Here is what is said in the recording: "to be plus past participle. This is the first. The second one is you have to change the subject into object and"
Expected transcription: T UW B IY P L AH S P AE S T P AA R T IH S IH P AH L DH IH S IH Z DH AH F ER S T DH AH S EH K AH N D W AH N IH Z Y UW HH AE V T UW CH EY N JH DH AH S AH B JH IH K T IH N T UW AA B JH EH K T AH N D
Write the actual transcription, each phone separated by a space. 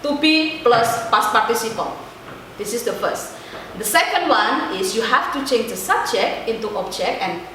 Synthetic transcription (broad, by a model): T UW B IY P L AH S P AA S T P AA R T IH S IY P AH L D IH S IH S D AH F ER S T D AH S EH K AH N D W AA N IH S Y UW HH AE F T UW CH EY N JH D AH S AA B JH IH K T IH N T UW AA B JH EH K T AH N